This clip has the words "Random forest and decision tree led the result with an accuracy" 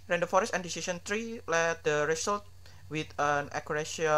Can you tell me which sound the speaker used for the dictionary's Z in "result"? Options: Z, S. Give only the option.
S